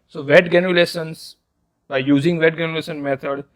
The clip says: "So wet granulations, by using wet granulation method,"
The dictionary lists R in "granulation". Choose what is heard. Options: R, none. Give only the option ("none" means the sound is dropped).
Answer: none